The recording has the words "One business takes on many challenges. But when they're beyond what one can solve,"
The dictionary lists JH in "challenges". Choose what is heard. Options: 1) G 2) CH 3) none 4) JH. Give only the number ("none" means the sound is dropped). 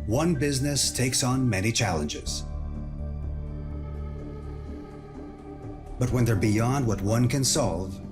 4